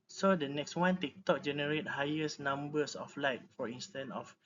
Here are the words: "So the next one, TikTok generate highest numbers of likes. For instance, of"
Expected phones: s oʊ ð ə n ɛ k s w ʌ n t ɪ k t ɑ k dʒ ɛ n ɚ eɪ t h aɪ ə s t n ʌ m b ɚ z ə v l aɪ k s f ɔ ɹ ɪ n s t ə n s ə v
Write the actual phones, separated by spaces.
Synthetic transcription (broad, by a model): s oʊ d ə n ɛ k s w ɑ n t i k t ɑ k dʒ ɛ n ɚ eɪ t h aɪ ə s n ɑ m b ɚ s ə f l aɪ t f ɔ ɹ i n s t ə n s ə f